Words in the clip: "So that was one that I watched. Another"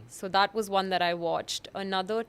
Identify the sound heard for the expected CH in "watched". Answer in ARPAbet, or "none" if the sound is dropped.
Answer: CH